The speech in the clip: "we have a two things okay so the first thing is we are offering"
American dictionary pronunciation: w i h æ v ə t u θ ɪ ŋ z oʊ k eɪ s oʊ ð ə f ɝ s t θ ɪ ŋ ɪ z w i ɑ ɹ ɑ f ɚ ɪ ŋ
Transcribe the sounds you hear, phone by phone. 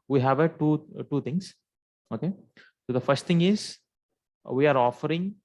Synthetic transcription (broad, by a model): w i h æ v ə t u t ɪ ŋ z oʊ k eɪ s oʊ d ə f ɝ s t t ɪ ŋ ɪ z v i ɑ ɹ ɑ f ɚ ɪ ŋ